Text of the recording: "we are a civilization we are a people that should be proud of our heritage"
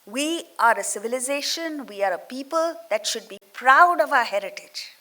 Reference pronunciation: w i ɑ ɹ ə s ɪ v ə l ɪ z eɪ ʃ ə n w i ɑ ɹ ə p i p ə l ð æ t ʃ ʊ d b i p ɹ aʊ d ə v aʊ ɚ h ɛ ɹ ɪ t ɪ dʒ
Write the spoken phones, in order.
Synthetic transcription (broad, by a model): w i ɑ ɹ ə s ɪ v ə l ɪ z eɪ ʃ ə n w i ɑ ɹ ə p i p ə l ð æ t ʃ ʊ d b i p ɹ aʊ d ə v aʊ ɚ h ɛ ɹ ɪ t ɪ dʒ